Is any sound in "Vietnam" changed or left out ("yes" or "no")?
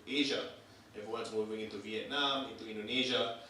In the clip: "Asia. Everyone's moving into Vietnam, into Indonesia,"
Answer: no